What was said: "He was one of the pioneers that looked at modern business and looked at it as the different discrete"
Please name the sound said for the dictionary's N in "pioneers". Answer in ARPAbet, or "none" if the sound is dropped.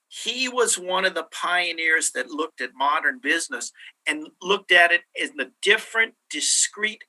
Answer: N